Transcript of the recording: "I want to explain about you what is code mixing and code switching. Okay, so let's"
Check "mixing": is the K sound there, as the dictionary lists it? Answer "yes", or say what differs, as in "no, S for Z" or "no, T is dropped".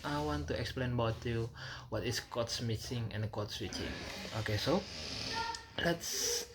no, K is dropped